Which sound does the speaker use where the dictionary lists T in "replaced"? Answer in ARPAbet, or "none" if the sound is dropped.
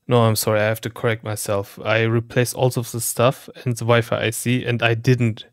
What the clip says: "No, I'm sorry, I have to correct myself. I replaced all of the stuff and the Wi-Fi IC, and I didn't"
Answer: none